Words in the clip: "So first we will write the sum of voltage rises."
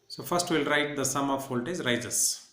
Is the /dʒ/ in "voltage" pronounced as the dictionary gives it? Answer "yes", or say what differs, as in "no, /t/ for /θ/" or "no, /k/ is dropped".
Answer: no, /z/ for /dʒ/